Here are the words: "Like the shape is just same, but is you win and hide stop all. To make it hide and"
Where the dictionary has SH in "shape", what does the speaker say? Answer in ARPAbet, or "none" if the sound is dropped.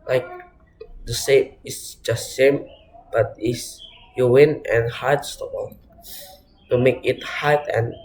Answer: S